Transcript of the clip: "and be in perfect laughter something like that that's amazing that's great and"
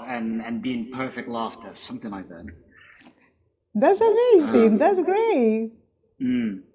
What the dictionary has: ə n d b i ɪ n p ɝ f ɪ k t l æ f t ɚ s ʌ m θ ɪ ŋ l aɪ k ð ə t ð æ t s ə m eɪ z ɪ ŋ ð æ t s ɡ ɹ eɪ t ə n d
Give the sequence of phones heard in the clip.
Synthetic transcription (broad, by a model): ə n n b i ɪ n p ɝ f ɪ k t l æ f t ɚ s ʌ m θ ɪ ŋ aɪ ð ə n ð æ t s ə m eɪ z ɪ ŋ ð æ t s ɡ ɹ eɪ ə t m